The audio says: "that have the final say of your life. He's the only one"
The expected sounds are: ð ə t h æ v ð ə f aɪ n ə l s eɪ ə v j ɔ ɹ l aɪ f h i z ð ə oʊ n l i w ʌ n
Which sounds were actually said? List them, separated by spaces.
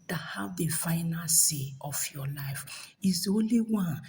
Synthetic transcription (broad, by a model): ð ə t h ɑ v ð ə f aɪ n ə n s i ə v j ɔ l aɪ f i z oʊ n l i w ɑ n